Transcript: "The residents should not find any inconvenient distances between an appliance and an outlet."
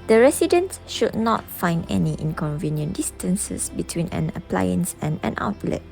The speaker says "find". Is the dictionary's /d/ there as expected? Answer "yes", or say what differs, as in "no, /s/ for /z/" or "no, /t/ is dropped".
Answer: yes